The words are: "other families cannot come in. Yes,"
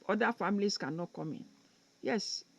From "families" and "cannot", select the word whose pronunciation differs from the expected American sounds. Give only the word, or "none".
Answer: families